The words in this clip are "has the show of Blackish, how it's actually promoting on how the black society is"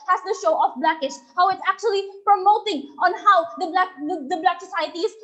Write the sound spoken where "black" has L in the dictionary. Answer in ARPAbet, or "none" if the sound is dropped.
L